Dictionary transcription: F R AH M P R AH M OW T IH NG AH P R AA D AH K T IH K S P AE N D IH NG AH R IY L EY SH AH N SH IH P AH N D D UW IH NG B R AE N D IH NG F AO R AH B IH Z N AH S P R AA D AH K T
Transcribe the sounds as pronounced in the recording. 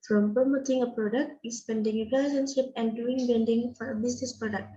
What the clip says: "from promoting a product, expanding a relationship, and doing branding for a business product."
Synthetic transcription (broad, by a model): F R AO M P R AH M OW T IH NG AH P R AA D AH K T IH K S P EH N D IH NG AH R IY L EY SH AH N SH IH P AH N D D UW IH NG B EH N D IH NG F AO R AH B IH S N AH S P R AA D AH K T